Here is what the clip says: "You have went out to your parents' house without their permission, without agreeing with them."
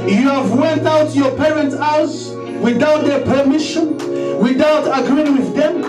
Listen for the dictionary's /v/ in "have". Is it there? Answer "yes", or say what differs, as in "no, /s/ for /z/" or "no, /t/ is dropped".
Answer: yes